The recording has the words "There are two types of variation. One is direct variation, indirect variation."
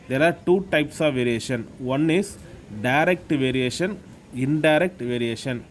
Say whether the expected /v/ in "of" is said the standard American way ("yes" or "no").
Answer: yes